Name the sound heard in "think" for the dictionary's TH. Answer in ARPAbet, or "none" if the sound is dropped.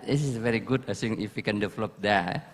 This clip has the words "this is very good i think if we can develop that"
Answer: S